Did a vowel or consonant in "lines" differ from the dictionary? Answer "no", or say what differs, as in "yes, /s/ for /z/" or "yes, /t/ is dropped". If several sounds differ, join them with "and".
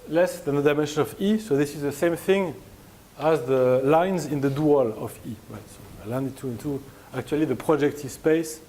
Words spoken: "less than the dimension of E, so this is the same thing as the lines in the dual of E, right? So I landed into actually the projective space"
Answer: no